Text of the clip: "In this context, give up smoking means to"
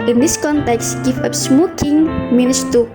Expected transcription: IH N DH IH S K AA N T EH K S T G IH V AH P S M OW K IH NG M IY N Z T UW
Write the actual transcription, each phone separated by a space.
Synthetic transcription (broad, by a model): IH N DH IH S K AA N T EH K S T G IH V AH P S M OW K IH NG M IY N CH T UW